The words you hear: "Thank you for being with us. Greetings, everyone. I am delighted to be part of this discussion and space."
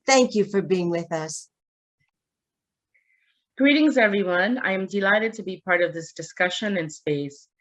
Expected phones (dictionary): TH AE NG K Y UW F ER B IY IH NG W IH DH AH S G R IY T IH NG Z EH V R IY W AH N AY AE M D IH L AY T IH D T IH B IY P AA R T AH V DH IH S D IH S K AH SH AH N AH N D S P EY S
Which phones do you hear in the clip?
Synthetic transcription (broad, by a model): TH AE NG K Y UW F ER B IY IH NG W IH DH AH S G R IY T IH NG Z EH V R IY W AH N AY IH M D IH L AY T IH D T IH B IY P AA R T AH V DH IH S D IH S K AH SH AH N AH N S P EY S